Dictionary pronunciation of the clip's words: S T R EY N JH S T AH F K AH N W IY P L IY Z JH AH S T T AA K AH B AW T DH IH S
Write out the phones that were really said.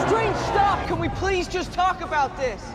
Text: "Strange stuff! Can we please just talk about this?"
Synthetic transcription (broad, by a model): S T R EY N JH S T AH F K AH N W IY P L IY Z JH AH S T T AA K AH B AW T DH IH S